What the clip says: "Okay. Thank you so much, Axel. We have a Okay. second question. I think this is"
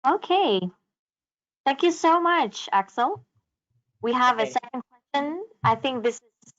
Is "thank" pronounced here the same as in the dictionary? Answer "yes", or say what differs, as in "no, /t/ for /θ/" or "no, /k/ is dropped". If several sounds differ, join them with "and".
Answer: yes